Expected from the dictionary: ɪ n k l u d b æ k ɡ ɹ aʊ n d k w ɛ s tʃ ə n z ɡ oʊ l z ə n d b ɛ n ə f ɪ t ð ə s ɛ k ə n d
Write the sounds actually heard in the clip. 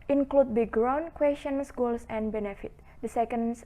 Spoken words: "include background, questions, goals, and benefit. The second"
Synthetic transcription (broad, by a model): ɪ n k l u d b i ɡ ɹ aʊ n k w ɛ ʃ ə n s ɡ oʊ l s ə n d b ɛ n ə f ɪ t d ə s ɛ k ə n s